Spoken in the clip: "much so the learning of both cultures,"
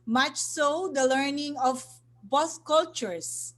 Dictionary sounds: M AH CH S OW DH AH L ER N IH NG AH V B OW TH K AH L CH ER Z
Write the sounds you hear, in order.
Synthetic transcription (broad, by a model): M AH CH S OW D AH L ER N IH NG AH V B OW S K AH L CH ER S